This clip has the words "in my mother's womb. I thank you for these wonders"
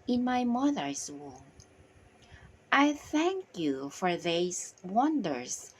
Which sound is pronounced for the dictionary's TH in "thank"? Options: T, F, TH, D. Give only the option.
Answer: TH